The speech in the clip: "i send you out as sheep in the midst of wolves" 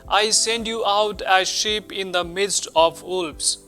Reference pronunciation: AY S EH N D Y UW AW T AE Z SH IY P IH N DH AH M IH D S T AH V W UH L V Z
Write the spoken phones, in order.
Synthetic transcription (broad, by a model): AY S EH N D Y UW AW T AE Z SH IY P IH N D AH M IH D S T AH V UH L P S